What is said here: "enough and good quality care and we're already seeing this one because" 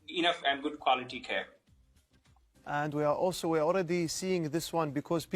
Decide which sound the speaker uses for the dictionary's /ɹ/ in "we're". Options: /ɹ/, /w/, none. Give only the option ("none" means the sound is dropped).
/w/